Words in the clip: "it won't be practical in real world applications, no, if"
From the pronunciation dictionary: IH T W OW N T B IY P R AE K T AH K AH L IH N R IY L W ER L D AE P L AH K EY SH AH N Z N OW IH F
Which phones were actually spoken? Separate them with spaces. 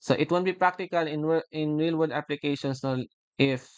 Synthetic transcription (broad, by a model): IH T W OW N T B IY P R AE K T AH K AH L IH N R IY L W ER D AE P L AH K EY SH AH N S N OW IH F